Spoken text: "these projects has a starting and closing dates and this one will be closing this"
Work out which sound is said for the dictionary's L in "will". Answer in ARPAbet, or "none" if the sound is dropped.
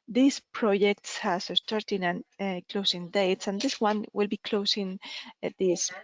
L